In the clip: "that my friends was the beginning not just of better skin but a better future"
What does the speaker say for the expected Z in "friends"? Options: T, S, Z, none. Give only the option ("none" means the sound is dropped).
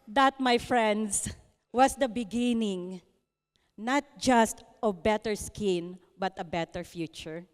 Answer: S